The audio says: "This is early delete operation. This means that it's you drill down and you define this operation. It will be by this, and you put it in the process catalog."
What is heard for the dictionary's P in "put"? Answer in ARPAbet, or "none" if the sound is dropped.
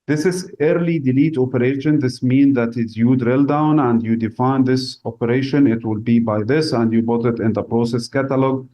B